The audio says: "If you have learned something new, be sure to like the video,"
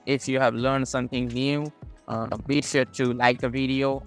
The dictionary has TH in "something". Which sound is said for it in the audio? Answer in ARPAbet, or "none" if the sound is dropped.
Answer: TH